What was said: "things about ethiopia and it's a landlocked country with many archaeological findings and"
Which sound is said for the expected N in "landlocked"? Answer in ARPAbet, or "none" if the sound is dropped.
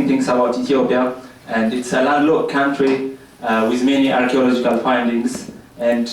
none